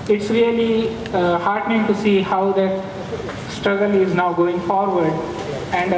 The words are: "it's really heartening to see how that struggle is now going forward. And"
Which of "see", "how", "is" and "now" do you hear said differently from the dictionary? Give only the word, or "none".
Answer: none